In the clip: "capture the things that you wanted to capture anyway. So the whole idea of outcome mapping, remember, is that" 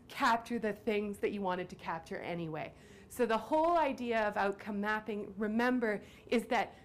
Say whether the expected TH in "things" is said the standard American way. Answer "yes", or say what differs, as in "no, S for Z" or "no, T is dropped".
yes